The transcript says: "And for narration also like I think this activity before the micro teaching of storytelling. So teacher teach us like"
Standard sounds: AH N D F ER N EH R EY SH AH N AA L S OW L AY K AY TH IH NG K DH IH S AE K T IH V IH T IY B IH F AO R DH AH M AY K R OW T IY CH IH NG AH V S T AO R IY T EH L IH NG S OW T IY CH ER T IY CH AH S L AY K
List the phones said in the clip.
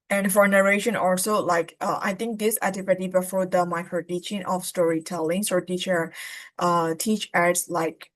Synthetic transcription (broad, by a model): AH N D F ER N EH R EY SH AH N AA L S OW L AY K AY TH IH NG K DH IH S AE T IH P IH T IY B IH F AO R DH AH M AY K R OW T IY CH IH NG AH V S T AO R IY T EH L IH NG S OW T IY CH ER T IY CH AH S L AY K